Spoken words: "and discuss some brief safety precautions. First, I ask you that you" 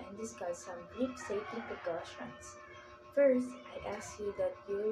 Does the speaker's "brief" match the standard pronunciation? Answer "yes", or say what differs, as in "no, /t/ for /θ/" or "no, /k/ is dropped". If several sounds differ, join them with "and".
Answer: no, /p/ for /f/